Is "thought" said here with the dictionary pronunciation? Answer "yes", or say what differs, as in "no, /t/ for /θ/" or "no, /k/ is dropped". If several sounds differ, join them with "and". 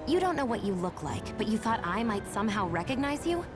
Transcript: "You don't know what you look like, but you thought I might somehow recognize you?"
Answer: yes